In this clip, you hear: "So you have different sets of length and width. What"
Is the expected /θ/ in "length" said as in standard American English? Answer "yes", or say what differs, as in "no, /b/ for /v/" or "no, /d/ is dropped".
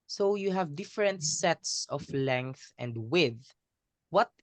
yes